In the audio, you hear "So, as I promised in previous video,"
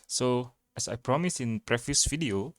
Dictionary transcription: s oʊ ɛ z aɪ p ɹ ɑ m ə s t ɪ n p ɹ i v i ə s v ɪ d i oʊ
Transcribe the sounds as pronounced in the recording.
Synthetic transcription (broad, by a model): s oʊ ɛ s aɪ p ɹ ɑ m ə s ɪ n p ɹ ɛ f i s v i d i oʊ